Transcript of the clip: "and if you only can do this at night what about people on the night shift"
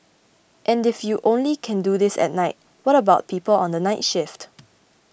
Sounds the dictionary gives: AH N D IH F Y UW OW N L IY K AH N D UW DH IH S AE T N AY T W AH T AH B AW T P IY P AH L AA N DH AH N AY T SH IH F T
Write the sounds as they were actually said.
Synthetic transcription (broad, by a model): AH N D IH F Y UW OW N L IY K AH N D UW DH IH S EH T N AY T W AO T AH B AW T P IY P AH L AA N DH AH N AY T SH IH F T